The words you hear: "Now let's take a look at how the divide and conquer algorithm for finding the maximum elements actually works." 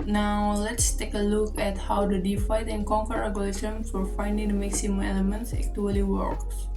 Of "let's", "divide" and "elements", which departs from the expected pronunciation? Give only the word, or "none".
divide